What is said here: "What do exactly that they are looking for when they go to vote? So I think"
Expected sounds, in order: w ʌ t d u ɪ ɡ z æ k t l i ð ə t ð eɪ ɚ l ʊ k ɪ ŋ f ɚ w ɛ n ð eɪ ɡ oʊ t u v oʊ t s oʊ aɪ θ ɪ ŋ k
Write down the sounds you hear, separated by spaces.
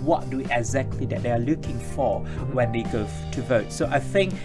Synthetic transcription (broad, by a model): w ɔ t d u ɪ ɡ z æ k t l i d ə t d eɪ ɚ l ʊ k ɪ ŋ f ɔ w ɛ n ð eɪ ɡ oʊ t u v oʊ t s oʊ aɪ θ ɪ ŋ k